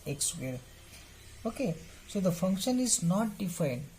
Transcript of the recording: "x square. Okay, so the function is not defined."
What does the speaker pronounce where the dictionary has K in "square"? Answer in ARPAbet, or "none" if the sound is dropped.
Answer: none